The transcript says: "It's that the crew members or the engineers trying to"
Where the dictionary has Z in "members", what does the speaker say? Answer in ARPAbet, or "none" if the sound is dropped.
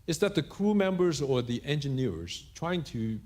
Z